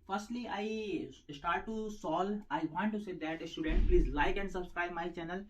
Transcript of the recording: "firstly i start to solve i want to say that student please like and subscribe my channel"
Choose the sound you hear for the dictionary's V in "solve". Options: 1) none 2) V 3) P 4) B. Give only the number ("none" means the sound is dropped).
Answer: 1